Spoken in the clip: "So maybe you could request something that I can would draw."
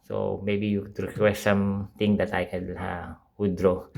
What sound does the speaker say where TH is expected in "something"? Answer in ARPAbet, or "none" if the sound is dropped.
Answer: T